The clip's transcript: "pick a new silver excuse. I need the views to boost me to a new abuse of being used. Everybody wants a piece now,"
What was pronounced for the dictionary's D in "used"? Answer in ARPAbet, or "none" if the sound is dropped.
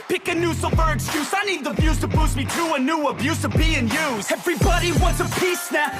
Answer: none